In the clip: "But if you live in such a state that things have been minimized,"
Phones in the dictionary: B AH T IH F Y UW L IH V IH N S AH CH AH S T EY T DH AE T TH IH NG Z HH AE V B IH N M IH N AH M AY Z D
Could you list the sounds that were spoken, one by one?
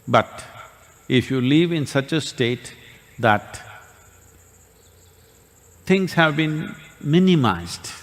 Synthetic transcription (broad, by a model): B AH T IH F Y UW L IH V IH N S AH CH AH S T EY T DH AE T T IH NG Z HH AE V B IH N M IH N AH M AY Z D